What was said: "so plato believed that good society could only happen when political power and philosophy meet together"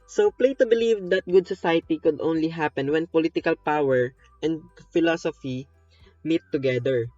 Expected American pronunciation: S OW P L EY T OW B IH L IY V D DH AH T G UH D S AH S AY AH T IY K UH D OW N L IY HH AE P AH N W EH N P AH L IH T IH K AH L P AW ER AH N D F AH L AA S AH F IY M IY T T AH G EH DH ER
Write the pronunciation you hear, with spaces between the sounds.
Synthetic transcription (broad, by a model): S OW P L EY T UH B IH L IY V D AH T G UH D S AH S AY AH T IY K UH D OW N L IY HH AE P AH N W EH N P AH L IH T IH K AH L P AW ER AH N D F AH L AA S AH F IY M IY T T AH G EH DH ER